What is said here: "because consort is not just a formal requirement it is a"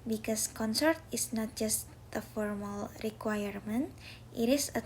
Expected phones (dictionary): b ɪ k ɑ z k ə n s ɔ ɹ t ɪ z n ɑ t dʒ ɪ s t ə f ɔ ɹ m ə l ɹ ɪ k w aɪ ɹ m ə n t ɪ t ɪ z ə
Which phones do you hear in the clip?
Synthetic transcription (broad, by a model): b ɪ k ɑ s k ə n s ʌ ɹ t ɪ s n ɑ t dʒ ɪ s t ə f ɔ ɹ m ə l ɹ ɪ k w aɪ ɹ m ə n t ɪ t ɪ s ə